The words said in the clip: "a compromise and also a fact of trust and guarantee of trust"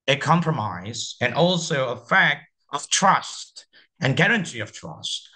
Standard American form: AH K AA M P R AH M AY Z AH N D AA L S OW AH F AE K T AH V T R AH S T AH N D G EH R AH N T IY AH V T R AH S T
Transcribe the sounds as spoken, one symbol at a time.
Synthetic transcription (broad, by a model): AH K AA M P R AH M AY Z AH N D AA L S OW AH F AE K T AH V T R AH S T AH N G EH R AH N T IY AH V T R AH S T